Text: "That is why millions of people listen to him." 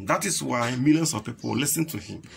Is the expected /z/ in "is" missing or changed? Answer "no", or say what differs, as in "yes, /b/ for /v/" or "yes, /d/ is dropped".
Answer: yes, /s/ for /z/